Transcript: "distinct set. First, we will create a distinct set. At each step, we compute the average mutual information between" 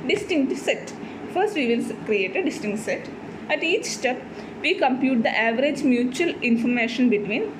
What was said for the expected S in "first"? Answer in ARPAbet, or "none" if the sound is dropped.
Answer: S